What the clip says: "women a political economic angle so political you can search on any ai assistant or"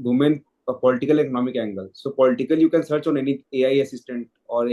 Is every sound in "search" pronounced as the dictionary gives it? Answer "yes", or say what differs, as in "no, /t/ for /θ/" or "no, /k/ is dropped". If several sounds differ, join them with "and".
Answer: yes